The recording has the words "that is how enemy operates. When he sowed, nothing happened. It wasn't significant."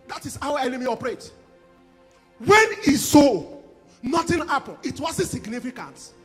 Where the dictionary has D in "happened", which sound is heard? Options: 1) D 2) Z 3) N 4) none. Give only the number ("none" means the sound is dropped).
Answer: 4